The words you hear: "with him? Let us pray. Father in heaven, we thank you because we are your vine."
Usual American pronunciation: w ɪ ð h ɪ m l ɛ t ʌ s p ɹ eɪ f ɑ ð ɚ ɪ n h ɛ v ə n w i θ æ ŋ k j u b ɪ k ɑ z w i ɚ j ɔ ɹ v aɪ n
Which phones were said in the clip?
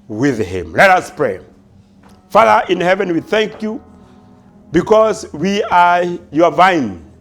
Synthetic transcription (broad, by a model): w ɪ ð h ɪ m l ɛ t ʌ s p ɹ eɪ f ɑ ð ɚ ɪ n h ɛ v ə n w i θ æ ŋ k j u b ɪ k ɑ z w i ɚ j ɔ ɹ v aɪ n